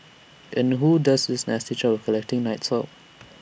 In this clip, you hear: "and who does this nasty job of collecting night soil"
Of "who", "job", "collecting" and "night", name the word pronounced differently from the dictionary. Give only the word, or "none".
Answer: job